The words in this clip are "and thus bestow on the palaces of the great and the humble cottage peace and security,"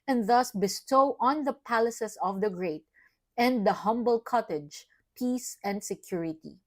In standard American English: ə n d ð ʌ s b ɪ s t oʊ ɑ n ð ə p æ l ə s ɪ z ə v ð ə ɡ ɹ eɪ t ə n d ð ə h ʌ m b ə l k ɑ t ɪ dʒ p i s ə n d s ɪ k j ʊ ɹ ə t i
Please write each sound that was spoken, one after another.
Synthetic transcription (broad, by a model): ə n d ð ʌ s b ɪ s t oʊ ɑ n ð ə p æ l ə s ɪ s ə v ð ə ɡ ɹ eɪ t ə n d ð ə h ʌ m b ə l k ɑ t ɪ dʒ p i s ə n d s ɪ k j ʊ ɹ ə t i